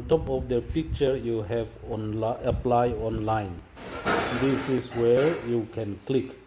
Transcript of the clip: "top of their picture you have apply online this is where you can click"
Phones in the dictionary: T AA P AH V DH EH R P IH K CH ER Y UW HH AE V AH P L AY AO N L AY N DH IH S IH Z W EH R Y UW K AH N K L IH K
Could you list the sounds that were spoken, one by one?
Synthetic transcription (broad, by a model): T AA P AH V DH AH P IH K CH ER Y UW HH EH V AH P L AY AO N L AY N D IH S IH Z W EH R Y UW K AH N K L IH K